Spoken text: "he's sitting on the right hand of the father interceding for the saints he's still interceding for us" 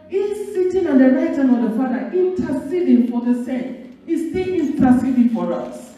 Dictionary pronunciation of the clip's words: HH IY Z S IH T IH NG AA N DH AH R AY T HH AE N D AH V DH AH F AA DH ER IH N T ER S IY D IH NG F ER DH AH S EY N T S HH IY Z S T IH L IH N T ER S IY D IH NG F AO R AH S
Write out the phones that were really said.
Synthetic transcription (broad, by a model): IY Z S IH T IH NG AA N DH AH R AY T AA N AH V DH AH F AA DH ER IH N T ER S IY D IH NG F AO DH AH S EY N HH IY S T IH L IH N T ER S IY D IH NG F AO R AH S